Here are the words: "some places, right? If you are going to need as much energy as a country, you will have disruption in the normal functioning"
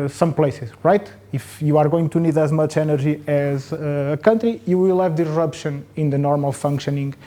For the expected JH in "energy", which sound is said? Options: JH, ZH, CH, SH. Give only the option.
ZH